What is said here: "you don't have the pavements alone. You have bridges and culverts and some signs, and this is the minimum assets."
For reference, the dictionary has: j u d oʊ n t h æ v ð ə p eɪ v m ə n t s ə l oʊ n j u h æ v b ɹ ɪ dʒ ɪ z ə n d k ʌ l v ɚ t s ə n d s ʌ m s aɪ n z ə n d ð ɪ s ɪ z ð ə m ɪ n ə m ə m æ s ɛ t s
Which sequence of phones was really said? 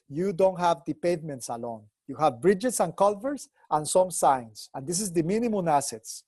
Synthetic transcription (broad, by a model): j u d oʊ n t h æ v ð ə p eɪ v m ə n t s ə l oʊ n j u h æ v b ɹ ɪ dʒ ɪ s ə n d k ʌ l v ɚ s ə n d s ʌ m s aɪ n s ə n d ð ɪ s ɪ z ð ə m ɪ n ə m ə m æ s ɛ t s